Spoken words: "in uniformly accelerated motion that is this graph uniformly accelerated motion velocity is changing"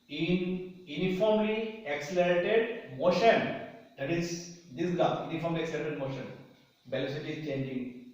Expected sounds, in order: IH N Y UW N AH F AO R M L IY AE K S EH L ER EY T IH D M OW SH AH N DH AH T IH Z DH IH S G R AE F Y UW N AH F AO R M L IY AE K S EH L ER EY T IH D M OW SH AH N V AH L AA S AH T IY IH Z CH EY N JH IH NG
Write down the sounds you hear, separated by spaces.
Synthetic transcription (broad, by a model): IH N Y UW N AH F AO R M L IY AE K S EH L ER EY T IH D M OW SH AH N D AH T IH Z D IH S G AA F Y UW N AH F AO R M L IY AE K S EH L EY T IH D M OW SH AH N B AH L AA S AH T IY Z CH EY N JH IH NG